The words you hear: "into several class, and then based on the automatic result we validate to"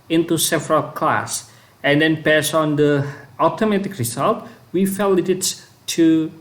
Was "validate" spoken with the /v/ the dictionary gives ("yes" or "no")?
no